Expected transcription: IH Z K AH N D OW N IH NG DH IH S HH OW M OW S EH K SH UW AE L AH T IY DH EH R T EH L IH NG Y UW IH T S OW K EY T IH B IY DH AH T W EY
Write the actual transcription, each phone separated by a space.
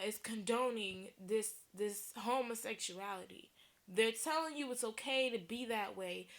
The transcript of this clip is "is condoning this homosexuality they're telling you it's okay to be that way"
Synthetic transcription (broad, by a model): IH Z K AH N D OW N IH NG DH IH S HH OW M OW S EH K SH UW AE L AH T IY DH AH R T EH L IH NG Y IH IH T S OW K EY T IH B IY DH AH T W EY